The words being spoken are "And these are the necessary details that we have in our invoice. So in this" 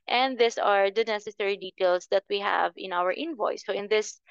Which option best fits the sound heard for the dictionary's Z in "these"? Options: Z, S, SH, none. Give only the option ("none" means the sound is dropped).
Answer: S